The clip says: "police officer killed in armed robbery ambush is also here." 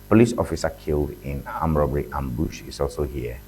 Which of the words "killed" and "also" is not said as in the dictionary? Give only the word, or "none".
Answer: none